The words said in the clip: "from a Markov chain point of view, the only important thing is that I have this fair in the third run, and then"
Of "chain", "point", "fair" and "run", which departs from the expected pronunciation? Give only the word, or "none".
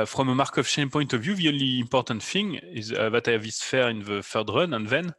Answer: chain